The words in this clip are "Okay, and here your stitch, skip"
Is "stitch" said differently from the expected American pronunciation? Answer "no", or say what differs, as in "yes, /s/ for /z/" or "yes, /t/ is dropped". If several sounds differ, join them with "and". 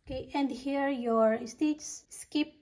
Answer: yes, /s/ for /tʃ/